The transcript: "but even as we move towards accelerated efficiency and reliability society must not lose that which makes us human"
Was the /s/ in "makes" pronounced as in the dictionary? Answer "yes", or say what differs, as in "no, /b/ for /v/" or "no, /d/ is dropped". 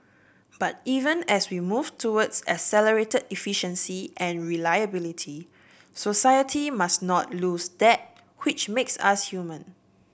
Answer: yes